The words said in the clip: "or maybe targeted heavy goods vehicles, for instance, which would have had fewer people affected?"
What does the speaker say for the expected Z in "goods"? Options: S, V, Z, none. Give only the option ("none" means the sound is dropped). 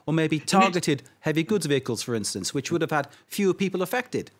Z